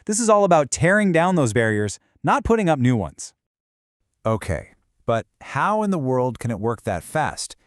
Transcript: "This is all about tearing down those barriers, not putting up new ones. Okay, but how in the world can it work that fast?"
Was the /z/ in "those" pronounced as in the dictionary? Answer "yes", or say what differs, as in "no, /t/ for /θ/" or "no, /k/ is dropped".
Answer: yes